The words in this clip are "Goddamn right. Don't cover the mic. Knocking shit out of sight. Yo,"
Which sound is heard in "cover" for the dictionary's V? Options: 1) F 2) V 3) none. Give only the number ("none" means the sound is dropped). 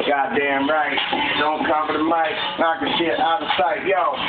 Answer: 1